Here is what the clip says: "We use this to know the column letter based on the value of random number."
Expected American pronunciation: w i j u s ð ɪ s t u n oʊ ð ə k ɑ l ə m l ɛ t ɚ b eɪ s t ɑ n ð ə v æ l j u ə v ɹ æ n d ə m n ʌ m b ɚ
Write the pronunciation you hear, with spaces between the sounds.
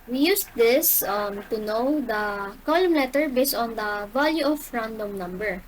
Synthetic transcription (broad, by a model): w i j u s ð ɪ s t u n oʊ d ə k ɑ l ə m l ɛ t ɚ b eɪ s t ɑ n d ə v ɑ l j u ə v ɹ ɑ n d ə m n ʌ m b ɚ